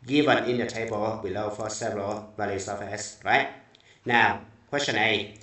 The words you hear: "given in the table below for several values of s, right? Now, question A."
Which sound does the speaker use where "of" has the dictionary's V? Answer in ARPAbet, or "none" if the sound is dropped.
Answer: F